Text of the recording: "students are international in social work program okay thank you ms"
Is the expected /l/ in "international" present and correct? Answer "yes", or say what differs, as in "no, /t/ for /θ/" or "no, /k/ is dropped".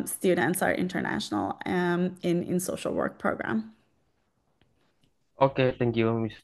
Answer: no, /n/ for /l/